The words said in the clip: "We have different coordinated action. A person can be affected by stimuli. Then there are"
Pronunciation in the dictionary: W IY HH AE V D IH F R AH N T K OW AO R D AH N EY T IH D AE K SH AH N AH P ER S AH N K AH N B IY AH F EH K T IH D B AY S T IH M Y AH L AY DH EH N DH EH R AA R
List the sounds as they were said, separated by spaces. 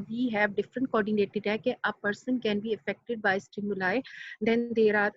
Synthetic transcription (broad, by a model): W IY HH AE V D IH F R AH N T K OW AO R D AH N EY T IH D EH K AH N AH P ER S AH N K AH N B IY AH F EH K T IH D B AY S T IH M Y AH L AY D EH N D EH R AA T